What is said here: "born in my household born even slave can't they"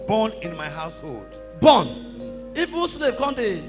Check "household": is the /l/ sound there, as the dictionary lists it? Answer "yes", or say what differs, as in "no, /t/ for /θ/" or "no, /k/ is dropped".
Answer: yes